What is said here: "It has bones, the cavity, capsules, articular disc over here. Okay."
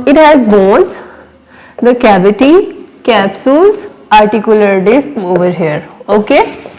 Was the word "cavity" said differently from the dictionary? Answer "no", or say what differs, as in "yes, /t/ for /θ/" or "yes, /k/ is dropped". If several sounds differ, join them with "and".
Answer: yes, /b/ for /v/